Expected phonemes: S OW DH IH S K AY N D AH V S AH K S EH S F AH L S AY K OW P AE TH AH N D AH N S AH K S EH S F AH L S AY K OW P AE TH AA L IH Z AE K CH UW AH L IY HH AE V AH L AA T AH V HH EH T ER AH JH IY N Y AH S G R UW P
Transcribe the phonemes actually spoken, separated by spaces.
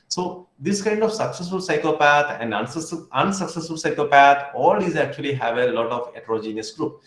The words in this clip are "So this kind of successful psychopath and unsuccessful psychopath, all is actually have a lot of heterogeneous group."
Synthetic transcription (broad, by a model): S OW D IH S K AY N D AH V S AH K S EH S F AH L S AY K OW P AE T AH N D AH N S AH K S EH S F AH L S AY K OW P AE T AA L IH Z AE K CH UW AH L IY HH AE V AH L AA T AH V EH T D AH JH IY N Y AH S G R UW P